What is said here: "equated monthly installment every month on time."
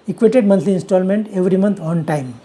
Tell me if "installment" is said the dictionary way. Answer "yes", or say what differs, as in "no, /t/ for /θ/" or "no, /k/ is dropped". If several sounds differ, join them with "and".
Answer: yes